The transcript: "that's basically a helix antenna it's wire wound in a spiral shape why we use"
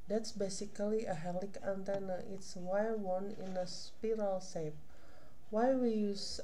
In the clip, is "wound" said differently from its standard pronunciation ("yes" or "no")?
yes